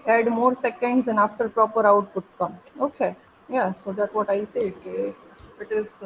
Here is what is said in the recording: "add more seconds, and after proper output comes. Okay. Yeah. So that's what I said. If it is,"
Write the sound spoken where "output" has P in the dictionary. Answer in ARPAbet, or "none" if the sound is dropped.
F